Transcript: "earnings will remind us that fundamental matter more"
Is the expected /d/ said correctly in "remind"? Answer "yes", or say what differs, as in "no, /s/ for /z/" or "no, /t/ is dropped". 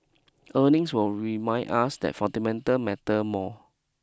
no, /d/ is dropped